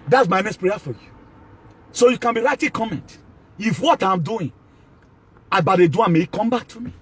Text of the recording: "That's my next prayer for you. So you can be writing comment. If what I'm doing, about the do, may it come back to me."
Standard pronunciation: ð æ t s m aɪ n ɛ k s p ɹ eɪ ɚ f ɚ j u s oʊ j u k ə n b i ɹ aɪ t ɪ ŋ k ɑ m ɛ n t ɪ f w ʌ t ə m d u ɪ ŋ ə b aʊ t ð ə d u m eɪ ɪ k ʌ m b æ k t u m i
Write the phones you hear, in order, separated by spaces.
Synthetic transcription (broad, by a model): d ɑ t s m aɪ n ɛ s p ɹ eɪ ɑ f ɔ j u s oʊ j u k ə n b i ɹ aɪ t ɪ k ɑ m ɛ n t ɪ f w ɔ t ə m d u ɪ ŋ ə b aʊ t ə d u m eɪ ɪ k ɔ m b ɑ k t u m i